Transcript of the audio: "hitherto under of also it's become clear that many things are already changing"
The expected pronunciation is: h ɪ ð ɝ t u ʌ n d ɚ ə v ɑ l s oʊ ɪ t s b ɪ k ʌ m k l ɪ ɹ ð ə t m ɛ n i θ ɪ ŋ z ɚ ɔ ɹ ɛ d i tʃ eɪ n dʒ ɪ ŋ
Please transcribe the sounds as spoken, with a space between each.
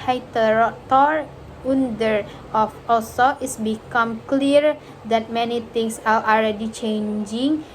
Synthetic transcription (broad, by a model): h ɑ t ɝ t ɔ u n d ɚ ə f ɑ l s oʊ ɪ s b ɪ k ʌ m k l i ɹ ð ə t m ɛ n i t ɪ ŋ s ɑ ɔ l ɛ d i tʃ eɪ n dʒ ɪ ŋ